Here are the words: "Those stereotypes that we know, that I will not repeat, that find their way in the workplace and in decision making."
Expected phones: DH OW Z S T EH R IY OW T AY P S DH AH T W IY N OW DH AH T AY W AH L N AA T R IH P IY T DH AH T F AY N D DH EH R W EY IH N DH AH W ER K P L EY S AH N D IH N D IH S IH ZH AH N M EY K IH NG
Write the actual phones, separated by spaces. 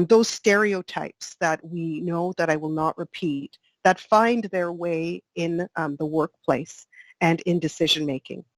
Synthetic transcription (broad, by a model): DH OW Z S T EH R IY OW T AY P S DH AH T W IY N OW DH AH T AY W AH L N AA T R IH P IY T DH AH T F AY N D DH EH R W EY IH N DH AH W ER K P L EY S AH N IH N D IH S IH ZH AH N M EY K IH NG